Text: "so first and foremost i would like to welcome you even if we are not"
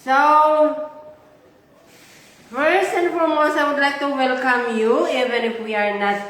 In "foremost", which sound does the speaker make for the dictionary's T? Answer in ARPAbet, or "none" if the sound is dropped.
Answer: none